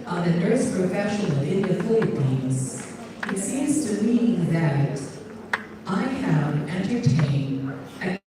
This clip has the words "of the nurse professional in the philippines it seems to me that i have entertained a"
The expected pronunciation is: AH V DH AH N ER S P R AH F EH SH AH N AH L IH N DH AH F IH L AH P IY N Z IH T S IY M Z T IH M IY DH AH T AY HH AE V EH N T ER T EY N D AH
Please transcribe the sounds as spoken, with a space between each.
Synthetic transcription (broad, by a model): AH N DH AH N ER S P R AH F EH SH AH N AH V IH N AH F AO AH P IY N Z IH T S IY M Z T IH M IY DH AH T AY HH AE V EH N T ER T EY N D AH